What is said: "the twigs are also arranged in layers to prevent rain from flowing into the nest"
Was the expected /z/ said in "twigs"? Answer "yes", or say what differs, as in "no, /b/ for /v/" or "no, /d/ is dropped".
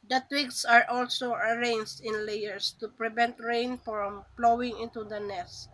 no, /s/ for /z/